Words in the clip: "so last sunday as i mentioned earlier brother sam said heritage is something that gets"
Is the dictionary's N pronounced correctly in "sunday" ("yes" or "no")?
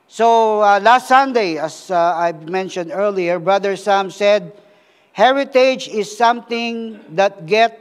yes